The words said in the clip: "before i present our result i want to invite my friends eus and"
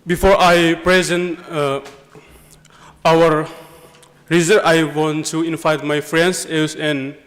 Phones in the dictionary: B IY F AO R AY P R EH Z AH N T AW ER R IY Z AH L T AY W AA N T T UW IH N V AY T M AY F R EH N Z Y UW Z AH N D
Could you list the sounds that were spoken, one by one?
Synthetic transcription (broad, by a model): B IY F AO R AY P R EH Z AH N T AW ER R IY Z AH T AY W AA N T T UW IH N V AY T M AY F R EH N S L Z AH N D